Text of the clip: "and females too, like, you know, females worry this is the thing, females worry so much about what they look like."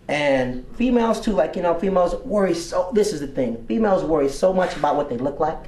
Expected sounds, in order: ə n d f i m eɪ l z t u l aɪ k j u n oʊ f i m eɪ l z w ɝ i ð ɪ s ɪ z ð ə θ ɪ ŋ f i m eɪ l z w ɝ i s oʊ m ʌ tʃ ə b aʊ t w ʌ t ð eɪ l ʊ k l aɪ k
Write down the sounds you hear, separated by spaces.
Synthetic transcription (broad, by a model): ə n f i m eɪ l z t u l aɪ k j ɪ n oʊ f i m eɪ l z w ɝ i ð ɪ s ɪ z ð ə θ ɪ ŋ f i m eɪ l z w ɝ i s oʊ m ʌ tʃ ə b aʊ t w ʌ t ð eɪ l ʊ k l aɪ k